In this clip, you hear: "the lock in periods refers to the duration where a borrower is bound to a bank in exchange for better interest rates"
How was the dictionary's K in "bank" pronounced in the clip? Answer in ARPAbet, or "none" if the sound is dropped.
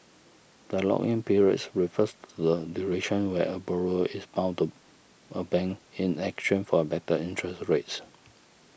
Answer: none